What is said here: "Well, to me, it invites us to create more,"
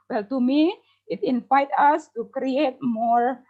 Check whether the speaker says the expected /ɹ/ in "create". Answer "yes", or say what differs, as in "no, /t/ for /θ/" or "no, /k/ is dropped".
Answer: yes